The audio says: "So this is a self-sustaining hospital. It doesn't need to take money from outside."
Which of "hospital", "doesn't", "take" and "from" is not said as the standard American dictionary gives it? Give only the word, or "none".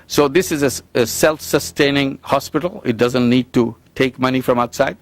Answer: none